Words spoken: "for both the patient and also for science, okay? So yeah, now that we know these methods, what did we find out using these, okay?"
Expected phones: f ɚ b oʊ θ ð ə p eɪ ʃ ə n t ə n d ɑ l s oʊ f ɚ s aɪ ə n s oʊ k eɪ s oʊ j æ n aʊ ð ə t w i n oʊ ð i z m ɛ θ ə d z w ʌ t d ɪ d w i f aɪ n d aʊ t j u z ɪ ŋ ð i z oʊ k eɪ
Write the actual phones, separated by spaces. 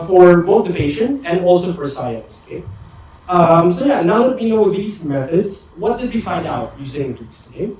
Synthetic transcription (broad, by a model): f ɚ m oʊ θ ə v eɪ ʃ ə n ə n ɑ l s oʊ f ɚ s aɪ ə n s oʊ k eɪ s oʊ j æ n aʊ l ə t w i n oʊ ð i z m ɛ θ ə d z w ʌ t d ɪ d w i f aɪ n d aʊ t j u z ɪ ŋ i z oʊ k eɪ